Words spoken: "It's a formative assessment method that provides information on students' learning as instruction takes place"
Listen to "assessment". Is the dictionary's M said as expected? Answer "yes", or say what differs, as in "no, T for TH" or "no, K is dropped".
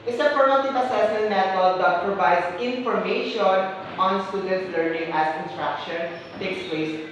no, M is dropped